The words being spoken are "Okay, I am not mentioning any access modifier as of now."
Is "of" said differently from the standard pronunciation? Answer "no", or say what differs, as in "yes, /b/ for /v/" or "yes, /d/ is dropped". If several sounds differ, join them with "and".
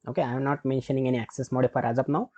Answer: yes, /p/ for /v/